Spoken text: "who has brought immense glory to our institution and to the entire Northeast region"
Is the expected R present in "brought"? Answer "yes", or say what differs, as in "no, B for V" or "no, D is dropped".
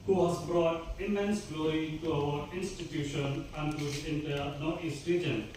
yes